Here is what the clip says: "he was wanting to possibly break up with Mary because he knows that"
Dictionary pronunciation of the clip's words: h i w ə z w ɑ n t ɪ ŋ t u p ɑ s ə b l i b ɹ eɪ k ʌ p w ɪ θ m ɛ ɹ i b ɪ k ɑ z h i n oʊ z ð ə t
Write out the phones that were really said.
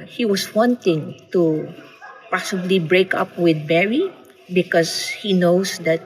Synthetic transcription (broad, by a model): h i w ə s w ɑ n t ɪ ŋ t u p ɑ s ə b l i b ɹ eɪ k ʌ p w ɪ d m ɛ ɹ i b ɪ k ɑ s h i n oʊ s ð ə t